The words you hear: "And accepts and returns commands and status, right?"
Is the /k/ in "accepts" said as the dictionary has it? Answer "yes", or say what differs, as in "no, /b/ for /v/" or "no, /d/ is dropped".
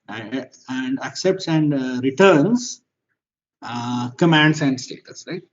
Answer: yes